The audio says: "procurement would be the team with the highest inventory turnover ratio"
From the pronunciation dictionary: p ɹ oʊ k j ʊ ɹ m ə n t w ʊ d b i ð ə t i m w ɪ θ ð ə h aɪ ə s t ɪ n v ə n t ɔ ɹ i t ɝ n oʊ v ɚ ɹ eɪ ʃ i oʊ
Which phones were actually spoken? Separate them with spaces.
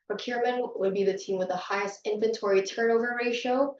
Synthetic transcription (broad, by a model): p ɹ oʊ k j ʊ ɹ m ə n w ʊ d b i ð ə t i m w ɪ ð ə h aɪ ə s t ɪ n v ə n t ɔ ɹ i t ɝ n oʊ v ɚ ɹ eɪ ʃ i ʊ